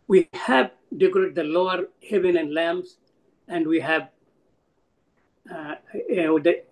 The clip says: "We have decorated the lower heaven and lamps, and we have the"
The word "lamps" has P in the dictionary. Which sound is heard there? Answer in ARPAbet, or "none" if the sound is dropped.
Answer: none